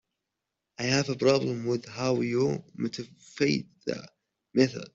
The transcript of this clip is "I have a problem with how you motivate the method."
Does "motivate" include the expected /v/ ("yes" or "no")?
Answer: no